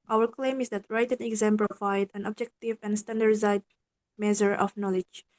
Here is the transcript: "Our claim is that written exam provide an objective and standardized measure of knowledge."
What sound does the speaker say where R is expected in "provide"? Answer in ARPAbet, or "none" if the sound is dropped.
L